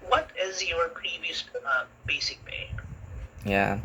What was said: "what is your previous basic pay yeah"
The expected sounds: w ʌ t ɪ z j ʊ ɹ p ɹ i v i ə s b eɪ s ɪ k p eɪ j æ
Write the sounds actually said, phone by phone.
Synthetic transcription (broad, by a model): w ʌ t ɪ z j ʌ ɹ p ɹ i v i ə s b eɪ s ɪ k b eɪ j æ